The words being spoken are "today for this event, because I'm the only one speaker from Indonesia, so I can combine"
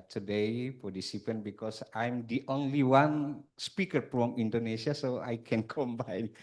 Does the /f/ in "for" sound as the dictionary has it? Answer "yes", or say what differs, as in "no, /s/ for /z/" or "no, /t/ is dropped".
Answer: no, /p/ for /f/